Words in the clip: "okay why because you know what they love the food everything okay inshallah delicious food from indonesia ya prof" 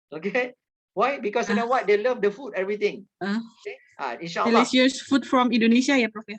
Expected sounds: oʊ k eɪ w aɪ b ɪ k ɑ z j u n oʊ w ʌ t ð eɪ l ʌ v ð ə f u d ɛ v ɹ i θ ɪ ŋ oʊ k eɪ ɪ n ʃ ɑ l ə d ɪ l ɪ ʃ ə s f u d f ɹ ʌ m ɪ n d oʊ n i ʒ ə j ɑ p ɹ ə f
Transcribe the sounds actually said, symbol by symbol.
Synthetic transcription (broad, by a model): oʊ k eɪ w aɪ b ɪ k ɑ s j u n oʊ w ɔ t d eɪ l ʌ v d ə f u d ɛ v ɹ i t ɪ ŋ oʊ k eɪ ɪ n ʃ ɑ ə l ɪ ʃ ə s f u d f ɹ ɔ m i n d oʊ n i ʃ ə j ɑ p ɹ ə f